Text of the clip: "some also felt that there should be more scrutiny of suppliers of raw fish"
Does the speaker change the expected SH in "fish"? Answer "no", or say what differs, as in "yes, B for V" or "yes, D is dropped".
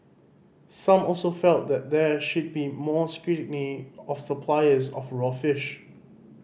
no